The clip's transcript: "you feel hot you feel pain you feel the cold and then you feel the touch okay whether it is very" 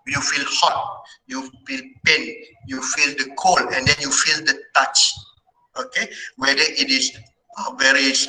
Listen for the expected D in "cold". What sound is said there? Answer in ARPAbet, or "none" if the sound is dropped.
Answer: none